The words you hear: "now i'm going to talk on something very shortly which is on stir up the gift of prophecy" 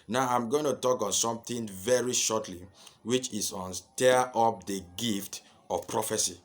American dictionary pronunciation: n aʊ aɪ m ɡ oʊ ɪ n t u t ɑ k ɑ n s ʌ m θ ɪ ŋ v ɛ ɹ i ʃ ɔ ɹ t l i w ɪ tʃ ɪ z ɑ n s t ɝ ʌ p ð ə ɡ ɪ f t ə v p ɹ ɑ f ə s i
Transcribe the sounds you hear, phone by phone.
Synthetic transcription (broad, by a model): n aʊ aɪ m ɡ oʊ ɪ n t u t ɑ k ɑ n s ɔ m t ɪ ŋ v ɛ ɹ i ʃ ɔ t l i w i tʃ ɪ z ɑ n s t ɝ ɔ p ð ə ɡ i f t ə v p ɹ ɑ f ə s i